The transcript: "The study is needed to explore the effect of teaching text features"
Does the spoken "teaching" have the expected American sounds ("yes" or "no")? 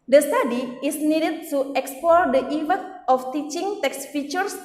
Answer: yes